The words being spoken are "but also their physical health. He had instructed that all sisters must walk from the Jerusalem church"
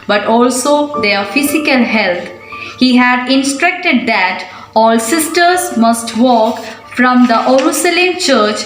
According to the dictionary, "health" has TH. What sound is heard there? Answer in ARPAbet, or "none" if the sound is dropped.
T